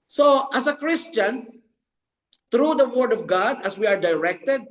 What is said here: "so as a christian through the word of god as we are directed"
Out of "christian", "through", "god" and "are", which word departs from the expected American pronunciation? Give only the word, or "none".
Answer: through